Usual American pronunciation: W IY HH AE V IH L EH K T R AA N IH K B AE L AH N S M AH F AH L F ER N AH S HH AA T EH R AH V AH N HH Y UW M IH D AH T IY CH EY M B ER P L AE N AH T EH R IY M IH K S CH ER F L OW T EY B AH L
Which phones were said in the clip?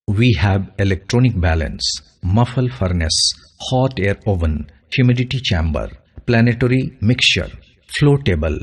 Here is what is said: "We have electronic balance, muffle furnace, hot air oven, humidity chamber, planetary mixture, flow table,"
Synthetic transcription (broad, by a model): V IY HH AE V IH L EH K T R AA N IH K B AE L AH N S M AH F AH L F ER N AH S HH AA T EH R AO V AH N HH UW M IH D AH T IY CH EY M B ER P L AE N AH T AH R IY M IH K S CH ER F L OW T EY B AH L